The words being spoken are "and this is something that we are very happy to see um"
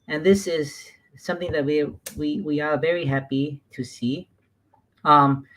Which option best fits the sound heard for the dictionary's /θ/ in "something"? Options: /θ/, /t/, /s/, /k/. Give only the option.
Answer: /θ/